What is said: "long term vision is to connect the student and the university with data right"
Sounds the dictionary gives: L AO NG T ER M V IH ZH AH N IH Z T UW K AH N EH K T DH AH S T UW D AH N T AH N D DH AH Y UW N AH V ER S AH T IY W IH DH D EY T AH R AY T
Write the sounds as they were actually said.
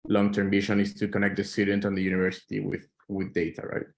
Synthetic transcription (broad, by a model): L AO NG T ER M B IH SH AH N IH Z T UW K AH N EH K T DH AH S T UW D AH N T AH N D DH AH Y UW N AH V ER S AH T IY W IH DH D EY T AH R AY T